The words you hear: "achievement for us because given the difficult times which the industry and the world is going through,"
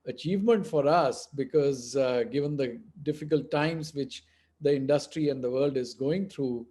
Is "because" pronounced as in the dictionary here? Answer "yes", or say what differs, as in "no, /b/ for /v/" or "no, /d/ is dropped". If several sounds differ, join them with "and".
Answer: yes